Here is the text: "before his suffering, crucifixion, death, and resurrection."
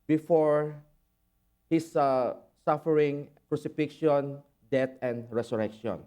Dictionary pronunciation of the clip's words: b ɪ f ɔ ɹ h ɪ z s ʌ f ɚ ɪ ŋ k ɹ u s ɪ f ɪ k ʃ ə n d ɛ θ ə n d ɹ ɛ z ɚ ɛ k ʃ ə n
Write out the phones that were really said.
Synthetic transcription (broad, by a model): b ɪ f ɔ ɹ h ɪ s s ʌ f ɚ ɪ ŋ k ɹ u s ɪ f ɪ k ʃ ə n d ɛ t ə n d ɹ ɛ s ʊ ɛ k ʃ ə n